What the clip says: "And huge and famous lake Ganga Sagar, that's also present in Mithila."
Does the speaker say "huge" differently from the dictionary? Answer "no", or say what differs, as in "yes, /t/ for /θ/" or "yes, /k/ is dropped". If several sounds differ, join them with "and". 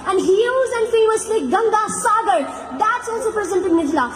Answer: yes, /z/ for /dʒ/